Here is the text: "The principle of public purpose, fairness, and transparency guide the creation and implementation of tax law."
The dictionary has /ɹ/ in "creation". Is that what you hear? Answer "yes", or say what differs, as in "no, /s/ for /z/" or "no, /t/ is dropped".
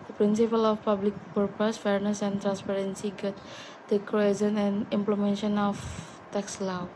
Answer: no, /ɹ/ is dropped